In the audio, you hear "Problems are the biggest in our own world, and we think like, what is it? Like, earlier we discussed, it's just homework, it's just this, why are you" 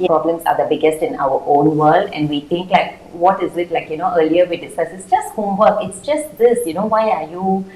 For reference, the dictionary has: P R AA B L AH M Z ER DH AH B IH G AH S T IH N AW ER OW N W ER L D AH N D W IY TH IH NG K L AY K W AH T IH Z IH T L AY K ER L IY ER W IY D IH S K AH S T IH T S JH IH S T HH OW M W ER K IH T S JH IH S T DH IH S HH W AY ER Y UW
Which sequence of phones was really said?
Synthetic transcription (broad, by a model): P R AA B L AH M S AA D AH B IH G AH S T IH N AW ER OW N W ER L D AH N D W IY T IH NG K L AY K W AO T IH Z IH T L AY K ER L IY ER W IY D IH S K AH S IH T S JH IH S T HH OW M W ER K IH T S JH IH S T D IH S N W AY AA Y UW